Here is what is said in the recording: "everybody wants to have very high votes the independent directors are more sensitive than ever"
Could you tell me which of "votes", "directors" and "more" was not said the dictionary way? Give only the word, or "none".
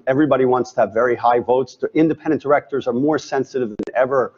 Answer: none